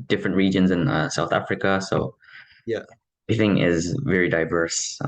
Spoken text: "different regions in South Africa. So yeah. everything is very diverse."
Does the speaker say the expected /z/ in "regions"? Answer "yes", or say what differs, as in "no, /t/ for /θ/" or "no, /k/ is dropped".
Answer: yes